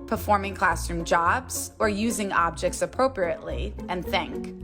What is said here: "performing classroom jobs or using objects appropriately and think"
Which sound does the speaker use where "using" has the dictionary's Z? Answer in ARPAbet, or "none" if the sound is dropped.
Z